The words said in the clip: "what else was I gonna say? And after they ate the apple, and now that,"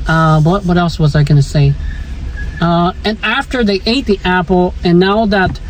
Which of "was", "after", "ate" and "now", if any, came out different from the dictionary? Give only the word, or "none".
none